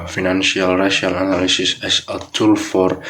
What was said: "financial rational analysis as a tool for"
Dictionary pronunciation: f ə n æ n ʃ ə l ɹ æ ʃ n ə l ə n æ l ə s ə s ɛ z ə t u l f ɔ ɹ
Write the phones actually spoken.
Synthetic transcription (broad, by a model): f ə n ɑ n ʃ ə l ɹ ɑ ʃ ə l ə n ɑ l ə s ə s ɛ s ə t u l f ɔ ɹ